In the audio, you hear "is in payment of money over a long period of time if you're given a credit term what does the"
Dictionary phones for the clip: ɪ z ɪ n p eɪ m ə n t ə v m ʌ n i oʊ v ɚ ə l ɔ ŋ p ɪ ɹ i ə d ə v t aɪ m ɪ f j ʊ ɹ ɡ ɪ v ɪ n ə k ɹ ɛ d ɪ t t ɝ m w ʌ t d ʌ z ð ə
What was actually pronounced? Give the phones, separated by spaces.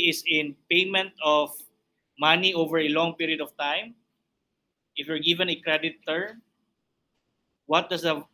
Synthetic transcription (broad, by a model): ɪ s ɪ n p eɪ m ə n t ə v m ʌ n i oʊ v ɚ ə l ɔ ŋ p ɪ ɹ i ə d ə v t aɪ m ɪ f j ʊ ɹ ɡ ɪ v ɪ n ə k ɹ ɛ d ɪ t t ɝ m w ʌ t d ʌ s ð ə